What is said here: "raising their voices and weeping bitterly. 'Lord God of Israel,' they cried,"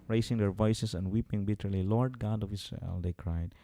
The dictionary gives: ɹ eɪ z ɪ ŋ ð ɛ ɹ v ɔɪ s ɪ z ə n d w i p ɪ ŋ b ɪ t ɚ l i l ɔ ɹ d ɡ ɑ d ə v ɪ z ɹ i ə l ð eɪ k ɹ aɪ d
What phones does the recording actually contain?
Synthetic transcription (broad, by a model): ɹ eɪ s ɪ ŋ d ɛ ɹ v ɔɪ s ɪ s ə n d w i p ɪ ŋ b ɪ t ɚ l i l ɔ ɹ d ɡ ɑ d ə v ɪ s ɹ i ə l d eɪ k ɹ aɪ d